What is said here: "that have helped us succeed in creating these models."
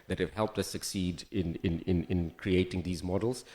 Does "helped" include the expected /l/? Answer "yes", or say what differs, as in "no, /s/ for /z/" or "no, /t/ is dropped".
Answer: yes